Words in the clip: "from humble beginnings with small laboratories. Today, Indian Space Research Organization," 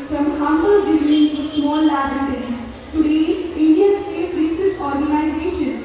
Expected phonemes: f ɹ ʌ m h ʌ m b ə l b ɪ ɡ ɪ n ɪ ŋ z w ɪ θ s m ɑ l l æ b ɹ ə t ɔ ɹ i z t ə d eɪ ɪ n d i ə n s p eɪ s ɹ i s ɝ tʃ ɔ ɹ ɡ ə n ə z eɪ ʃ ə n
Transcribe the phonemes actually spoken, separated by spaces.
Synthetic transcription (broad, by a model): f ɹ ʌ m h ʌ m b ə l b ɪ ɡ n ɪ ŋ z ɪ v s m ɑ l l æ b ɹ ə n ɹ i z t ə d eɪ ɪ n d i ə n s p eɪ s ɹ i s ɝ s ɔ ɹ ɡ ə n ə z eɪ ʃ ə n